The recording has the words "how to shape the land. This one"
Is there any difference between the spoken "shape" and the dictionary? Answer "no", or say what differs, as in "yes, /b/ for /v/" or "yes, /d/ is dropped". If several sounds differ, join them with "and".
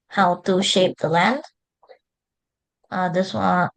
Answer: no